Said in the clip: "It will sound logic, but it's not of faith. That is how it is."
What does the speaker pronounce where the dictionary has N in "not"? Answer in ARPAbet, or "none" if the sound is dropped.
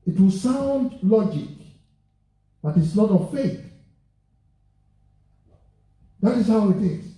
L